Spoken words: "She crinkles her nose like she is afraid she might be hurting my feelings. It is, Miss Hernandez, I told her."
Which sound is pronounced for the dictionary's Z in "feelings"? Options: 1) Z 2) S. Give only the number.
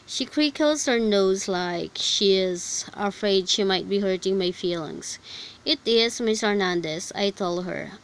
2